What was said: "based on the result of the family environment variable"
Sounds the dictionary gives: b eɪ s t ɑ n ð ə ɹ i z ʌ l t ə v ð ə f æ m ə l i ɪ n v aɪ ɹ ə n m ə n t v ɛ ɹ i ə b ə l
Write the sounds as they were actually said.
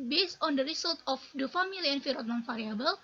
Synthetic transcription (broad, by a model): b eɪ s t ɑ n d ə ɹ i s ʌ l t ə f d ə f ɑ m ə l i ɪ n f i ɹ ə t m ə n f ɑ ɹ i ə b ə l